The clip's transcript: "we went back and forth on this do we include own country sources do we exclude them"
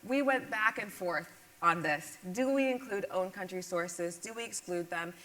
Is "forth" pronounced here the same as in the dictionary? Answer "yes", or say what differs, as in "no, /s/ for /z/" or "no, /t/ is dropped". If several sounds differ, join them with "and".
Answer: yes